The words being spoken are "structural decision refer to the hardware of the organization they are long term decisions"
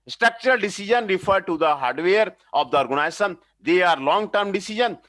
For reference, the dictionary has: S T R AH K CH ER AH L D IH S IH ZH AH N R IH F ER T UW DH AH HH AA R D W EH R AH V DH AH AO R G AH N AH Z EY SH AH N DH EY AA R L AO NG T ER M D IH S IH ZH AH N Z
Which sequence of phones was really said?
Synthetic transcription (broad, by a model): S T R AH K CH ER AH L D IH S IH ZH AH N R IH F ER T UW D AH HH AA R D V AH R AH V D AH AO R G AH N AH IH S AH N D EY AA R L AO NG T ER M D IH S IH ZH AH N